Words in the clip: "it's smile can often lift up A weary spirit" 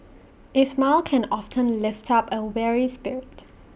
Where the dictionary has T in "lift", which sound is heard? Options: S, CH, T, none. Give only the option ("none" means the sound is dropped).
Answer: T